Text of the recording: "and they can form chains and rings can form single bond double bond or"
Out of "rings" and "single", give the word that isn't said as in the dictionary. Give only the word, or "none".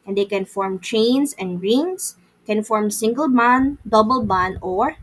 rings